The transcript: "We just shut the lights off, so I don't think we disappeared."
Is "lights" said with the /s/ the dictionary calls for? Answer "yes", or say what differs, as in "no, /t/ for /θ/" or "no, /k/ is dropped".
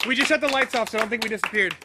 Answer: yes